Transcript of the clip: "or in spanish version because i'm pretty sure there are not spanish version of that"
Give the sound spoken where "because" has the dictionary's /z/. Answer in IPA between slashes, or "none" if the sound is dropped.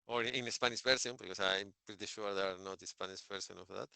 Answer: /s/